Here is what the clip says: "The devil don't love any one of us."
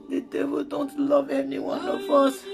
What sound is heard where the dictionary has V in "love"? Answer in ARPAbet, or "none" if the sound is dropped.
V